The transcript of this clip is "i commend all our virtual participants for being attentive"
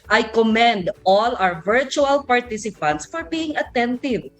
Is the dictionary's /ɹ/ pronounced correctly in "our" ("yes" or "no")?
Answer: no